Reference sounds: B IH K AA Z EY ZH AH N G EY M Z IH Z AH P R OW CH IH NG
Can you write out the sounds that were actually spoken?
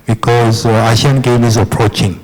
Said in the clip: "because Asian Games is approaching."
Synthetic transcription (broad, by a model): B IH K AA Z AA SH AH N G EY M IH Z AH P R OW CH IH NG